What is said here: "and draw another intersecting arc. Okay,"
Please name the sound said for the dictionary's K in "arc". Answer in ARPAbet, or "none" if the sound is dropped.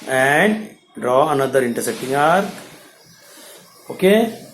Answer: none